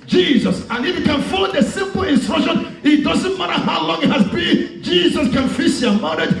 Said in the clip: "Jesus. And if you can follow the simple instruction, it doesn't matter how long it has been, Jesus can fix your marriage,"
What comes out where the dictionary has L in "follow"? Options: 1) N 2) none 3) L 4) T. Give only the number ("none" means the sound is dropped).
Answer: 2